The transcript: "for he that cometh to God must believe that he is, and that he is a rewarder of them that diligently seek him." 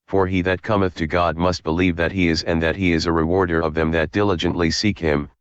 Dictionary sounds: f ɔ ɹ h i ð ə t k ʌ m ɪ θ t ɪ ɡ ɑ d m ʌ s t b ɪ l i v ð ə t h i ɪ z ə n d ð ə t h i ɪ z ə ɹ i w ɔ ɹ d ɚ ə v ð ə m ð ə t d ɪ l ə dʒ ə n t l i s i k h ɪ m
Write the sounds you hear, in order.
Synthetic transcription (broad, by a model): f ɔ ɹ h i ð ə t k ʌ m ɪ θ t ɪ ɡ ɑ d m ʌ s t b ɪ l i v ð ə t h i ɪ z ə n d ð ə t h i ɪ z ə ɹ i w ɔ ɹ d ɚ ə v ð ə m ð ə t d ɪ l ə dʒ ə n t l i s i k h ɪ m